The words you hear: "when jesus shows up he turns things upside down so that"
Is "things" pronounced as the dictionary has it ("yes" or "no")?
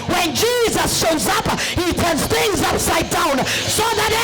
yes